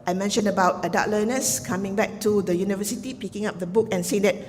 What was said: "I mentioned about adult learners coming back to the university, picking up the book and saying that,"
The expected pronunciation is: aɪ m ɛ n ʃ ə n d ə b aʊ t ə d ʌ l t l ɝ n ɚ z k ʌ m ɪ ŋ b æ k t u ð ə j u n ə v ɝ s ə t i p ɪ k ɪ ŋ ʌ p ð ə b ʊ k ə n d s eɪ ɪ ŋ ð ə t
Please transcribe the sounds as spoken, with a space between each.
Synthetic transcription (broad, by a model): aɪ m ɛ n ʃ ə n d ə b aʊ t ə d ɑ t l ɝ n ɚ s k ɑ m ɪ ŋ b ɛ k t u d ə j u n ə v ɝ s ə t i p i k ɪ ŋ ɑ p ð ə b ʊ k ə n s eɪ ɪ ŋ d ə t